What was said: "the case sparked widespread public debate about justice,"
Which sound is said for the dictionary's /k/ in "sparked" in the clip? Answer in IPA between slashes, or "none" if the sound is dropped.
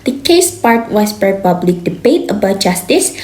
none